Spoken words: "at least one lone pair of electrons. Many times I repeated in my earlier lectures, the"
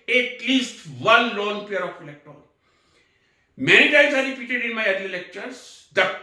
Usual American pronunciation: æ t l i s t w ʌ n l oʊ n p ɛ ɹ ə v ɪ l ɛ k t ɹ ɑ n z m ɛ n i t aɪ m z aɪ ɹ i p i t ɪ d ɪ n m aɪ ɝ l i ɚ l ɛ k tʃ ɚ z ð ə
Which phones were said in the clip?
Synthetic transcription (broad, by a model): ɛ t l i s t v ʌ n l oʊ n p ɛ ɹ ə f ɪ l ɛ k t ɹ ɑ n m ɛ n i t aɪ m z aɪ ɹ i p i t ɪ d ɪ n m aɪ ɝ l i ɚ l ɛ k tʃ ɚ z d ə